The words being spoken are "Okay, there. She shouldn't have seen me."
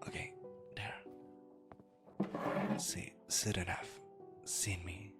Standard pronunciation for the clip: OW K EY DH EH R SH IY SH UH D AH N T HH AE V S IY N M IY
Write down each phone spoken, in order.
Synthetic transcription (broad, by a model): OW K EY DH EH R S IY S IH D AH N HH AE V S IY N M IY